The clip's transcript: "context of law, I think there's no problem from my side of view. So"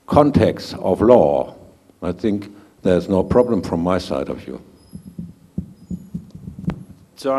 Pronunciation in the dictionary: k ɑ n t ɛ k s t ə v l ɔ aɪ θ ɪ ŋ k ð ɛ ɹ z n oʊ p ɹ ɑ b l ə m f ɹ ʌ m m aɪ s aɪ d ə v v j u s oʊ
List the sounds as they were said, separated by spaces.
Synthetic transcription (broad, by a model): k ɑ n t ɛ k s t ə v l ɔ aɪ θ ɪ ŋ k ð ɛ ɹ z n oʊ p ɹ ɑ b l ə m f ɹ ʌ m m aɪ s aɪ d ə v v j u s